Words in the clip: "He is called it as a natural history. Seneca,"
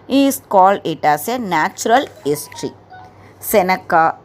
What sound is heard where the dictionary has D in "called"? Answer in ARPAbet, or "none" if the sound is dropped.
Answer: D